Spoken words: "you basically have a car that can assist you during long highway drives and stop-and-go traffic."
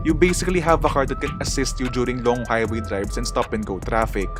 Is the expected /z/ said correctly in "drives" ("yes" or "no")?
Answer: no